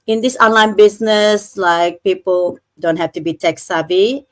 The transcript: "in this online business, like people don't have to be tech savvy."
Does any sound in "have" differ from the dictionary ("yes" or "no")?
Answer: yes